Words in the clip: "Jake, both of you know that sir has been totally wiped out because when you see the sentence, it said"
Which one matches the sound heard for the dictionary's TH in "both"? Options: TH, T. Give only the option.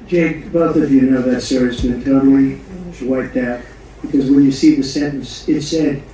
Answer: TH